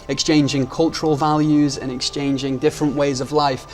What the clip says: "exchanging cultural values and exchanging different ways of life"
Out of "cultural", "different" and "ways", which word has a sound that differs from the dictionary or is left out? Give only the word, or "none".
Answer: none